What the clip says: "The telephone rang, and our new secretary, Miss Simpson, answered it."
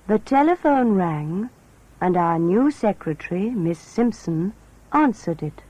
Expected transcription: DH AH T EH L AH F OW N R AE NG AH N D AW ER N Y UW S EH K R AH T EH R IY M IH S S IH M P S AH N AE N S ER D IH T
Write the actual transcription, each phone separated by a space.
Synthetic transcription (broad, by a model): DH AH T EH L AH F OW N R AE NG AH N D AW ER N Y UW S EH K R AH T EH R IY M IH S S IH M P S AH N AE N S ER D IH T